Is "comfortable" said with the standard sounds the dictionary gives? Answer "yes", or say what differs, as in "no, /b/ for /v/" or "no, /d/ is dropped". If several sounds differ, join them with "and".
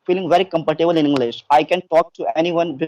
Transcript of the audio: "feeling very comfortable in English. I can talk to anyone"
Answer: no, /p/ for /f/